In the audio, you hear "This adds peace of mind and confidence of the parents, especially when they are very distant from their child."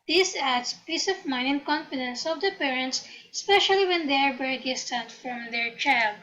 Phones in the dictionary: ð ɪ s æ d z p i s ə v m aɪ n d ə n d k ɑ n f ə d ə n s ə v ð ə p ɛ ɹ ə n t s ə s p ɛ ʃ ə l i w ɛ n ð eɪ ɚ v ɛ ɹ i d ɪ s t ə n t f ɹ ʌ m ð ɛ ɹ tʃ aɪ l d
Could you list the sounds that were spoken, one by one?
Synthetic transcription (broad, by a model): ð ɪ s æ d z p i s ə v m aɪ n ə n k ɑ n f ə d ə n s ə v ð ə p ɛ ɹ ə n t s s p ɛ ʃ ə l i w ɛ n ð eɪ ɚ b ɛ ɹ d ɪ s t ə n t f ɹ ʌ m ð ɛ ɹ tʃ aɪ l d